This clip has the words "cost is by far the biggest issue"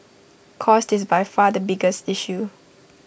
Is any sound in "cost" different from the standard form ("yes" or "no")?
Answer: no